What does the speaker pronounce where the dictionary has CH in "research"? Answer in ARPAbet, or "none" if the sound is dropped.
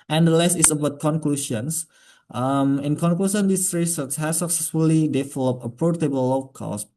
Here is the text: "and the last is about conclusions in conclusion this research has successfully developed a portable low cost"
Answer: S